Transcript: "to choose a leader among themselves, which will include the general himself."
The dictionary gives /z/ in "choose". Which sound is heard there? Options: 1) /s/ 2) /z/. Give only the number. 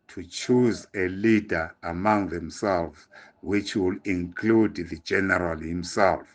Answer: 2